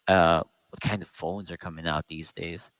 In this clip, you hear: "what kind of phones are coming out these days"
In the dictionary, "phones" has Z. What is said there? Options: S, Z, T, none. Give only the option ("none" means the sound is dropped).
Z